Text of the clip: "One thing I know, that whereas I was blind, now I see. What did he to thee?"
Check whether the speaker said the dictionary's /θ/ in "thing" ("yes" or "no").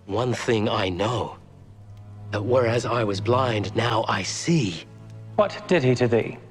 yes